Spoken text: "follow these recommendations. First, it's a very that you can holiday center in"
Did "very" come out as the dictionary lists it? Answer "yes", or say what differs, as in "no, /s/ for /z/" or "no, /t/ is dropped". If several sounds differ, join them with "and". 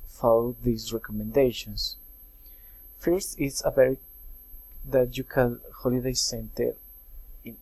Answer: no, /b/ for /v/